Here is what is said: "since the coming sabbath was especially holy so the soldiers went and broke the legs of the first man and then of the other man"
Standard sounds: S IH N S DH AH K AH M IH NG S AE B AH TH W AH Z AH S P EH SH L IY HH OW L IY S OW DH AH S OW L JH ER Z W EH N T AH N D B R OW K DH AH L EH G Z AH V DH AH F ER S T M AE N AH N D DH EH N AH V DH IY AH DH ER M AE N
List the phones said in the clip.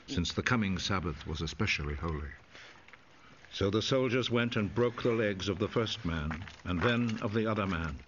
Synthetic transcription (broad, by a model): S IH N S DH AH K AH M IH NG S AE B AH TH W AH Z AH S P EH SH L IY HH OW L IY S OW DH AH S OW L JH ER Z W EH N T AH N B R OW K DH AH L EH G Z AH V DH AH F ER S T M AE N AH N DH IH N AH V DH IY AH DH ER M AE N